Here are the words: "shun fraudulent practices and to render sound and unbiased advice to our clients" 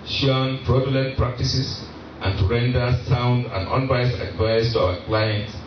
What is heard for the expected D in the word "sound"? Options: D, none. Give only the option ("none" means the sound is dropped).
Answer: D